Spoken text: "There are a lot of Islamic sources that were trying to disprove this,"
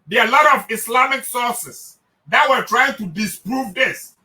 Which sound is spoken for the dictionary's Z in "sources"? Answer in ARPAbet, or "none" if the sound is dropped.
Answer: S